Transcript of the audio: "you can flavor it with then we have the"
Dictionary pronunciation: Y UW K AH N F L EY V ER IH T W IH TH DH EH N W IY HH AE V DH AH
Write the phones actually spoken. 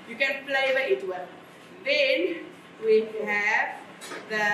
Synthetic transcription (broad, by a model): Y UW K AH N P L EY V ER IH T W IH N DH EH N W IY HH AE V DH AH